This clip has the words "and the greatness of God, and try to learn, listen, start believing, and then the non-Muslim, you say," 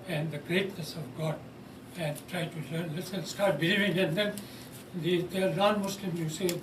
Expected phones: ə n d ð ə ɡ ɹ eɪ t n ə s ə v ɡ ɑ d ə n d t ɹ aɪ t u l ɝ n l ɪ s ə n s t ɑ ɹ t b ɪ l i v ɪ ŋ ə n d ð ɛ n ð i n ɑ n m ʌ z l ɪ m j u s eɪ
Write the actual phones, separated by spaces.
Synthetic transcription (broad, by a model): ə n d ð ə ɡ ɹ eɪ t n ə s ə v ɡ ɑ d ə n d t ɹ aɪ t u l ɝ n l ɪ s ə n s t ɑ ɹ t b ɪ l i v ɪ ŋ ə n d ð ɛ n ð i n ɑ n m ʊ s l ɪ m j u s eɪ